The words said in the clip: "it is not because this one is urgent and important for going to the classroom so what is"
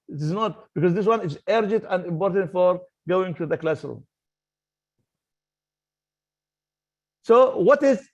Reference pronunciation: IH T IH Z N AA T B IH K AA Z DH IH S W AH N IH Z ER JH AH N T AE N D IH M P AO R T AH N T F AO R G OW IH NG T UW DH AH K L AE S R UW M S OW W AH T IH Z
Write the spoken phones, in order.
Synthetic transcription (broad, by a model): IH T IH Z N AA T B IH K AA Z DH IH S W AH N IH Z ER JH AH N T AE N D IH M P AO R T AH N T F AO R G OW IH NG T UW DH AH K L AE S AH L S OW W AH T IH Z